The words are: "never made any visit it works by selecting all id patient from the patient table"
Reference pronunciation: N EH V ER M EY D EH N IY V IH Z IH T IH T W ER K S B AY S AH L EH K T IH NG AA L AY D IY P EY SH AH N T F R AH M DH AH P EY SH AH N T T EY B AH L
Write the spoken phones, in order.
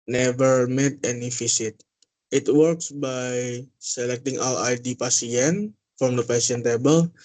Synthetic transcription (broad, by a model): N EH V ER M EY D EH N IY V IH S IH T IH T W ER K S B AY S AH L EH K T IH NG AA L AY D IY P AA S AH N F R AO M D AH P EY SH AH N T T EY B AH L